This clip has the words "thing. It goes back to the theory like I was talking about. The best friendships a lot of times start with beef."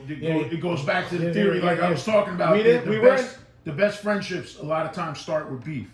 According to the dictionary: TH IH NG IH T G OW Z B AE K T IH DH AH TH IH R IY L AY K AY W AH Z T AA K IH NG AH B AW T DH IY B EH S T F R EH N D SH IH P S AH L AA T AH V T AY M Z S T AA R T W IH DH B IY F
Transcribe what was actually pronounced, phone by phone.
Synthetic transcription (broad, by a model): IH IH T G OW Z B AE K T IH DH AH TH IH R IY L AY K AY W AH Z T AA K IH NG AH B AW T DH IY B EH S T F R EH N D SH IH P S AH L AA T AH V T AY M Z S T AA R T W IH DH B IY F